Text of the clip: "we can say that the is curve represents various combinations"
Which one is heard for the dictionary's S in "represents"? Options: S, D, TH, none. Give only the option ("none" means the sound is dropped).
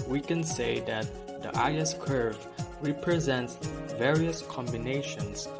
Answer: S